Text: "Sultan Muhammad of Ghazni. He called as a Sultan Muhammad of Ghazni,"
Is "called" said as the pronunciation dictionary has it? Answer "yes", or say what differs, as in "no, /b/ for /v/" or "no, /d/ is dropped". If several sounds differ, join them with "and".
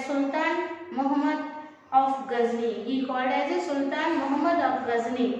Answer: no, /l/ is dropped